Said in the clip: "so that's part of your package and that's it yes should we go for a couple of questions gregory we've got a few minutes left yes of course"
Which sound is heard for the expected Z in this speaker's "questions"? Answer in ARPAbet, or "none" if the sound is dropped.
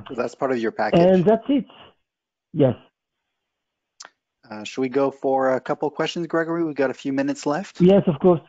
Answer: Z